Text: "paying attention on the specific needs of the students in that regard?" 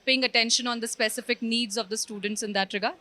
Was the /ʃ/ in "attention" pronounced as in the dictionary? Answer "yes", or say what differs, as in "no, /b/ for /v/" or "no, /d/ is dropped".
yes